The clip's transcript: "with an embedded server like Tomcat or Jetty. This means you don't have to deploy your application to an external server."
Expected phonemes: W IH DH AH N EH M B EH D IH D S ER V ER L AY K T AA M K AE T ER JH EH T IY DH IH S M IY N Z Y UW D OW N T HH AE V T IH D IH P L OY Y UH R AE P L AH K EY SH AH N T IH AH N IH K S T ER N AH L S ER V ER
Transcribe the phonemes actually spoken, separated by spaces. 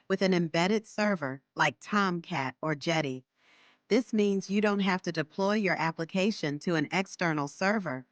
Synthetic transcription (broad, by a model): W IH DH AH N EH M B EH D IH D S ER V ER L AY K T AA M K AE T ER JH EH T IY DH IH S M IY N Z Y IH D OW N T HH AE F T IH D IH P L OY Y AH R AE P L AH K EY SH AH N T IH AH N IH K S T ER N L S ER V ER